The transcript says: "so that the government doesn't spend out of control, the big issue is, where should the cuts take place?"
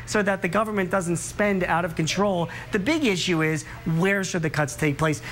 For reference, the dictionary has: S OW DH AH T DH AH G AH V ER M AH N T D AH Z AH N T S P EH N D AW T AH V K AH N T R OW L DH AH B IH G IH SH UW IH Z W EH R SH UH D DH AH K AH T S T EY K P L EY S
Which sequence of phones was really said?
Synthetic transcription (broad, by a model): S OW DH AH T DH AH G AH V ER M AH N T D AH Z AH N T S P EH N D AW T AH V K AH N T R OW L DH AH B IH G IH SH UW IH Z W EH R SH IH D DH AH K AH T S T EY K P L EY S